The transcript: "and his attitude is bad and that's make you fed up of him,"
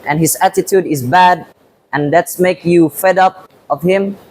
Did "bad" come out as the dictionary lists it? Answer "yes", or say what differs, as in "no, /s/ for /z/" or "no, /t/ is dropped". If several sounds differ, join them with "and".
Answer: yes